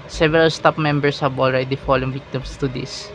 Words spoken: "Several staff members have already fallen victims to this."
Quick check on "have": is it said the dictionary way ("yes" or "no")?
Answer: no